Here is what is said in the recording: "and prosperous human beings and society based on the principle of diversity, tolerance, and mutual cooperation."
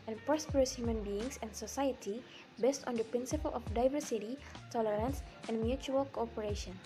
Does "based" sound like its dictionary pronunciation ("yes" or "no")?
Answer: yes